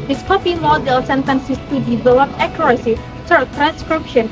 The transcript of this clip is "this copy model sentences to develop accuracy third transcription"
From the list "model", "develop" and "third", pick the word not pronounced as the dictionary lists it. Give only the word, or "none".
third